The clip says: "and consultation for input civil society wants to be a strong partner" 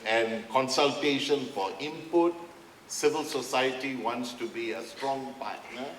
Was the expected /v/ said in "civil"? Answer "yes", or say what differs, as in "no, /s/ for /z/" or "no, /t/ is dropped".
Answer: yes